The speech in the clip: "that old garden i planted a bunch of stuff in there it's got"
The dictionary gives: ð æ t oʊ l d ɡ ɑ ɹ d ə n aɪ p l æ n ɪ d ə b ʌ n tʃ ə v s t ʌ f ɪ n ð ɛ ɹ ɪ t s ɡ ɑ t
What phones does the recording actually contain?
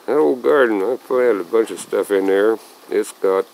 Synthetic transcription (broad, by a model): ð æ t oʊ l ɡ ɑ ɹ d n aɪ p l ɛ ɪ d ə b ʌ n tʃ ə v s t ʌ f ɪ n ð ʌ ɹ ɪ t s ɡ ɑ t